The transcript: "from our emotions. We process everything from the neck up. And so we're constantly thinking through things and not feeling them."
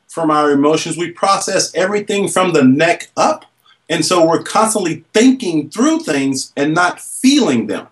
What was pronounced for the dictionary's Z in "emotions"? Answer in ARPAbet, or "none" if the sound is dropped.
Z